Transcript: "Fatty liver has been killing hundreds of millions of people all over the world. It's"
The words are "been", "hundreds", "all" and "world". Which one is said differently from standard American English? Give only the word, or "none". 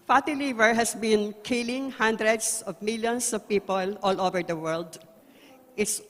hundreds